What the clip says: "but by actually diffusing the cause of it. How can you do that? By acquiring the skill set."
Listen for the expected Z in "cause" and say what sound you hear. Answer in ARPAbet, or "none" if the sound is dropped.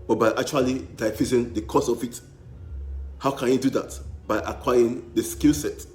S